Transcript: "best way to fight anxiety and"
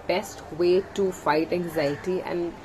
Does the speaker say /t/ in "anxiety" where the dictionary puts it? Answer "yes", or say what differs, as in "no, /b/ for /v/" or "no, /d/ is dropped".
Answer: yes